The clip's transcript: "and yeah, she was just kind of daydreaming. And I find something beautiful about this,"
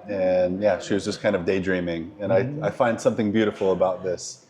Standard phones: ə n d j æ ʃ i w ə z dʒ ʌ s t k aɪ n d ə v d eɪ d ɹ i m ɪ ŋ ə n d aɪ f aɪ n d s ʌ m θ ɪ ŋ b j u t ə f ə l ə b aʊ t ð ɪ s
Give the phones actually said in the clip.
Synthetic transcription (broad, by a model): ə n j æ ʃ i w ə z dʒ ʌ s k aɪ n d ə v d eɪ d ɹ i m ɪ ŋ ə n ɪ aɪ f aɪ n d s ʌ m θ ɪ ŋ b j u t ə f l ə b aʊ t ð ɪ s